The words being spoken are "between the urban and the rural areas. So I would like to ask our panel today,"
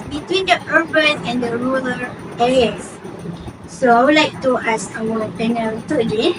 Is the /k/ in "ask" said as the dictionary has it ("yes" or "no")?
no